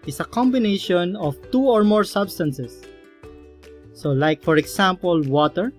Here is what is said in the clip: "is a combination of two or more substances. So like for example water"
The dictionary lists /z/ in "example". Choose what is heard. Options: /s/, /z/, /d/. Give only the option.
/s/